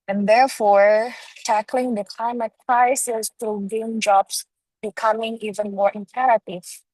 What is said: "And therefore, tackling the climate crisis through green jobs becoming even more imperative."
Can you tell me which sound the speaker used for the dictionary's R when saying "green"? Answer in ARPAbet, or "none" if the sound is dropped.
none